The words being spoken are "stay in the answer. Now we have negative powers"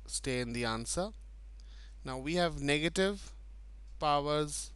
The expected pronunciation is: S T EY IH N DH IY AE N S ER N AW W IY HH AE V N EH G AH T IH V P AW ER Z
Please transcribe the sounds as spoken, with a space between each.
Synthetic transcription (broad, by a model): S T EY IH N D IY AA N S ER N AW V IY HH AE V N EH G AH T IH V P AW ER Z